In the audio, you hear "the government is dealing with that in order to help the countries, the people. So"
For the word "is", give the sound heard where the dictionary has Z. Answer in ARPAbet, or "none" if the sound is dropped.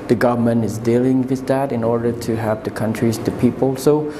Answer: Z